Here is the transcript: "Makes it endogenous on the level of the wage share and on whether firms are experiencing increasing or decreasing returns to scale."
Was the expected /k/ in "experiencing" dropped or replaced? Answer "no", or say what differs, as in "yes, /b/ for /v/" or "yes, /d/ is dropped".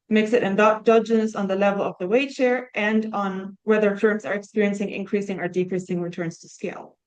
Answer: no